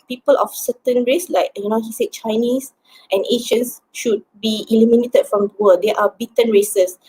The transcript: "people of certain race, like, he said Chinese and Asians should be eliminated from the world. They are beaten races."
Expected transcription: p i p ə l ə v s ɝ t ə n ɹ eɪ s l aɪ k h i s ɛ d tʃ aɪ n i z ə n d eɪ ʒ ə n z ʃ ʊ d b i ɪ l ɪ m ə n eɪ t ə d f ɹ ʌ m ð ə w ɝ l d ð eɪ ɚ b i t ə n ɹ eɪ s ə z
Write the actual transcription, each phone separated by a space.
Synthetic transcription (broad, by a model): p i p ə l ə f s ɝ t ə n ɹ eɪ s l aɪ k h i s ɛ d tʃ aɪ n i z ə n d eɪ ʃ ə n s ʃ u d b i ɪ l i m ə n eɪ t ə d f ɹ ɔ m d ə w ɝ d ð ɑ b i t ə n ɹ eɪ s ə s